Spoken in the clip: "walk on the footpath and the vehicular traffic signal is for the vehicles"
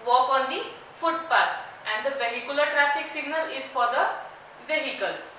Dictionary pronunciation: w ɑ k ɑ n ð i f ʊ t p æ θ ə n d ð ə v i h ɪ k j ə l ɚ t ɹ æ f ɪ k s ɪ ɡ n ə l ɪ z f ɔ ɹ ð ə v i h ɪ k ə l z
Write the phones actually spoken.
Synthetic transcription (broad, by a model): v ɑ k ɑ n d i f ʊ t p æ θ ə n d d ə p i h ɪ k j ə l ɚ t ɹ æ f ɪ k s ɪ ɡ n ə l ɪ z f ɔ ɹ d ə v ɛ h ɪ k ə l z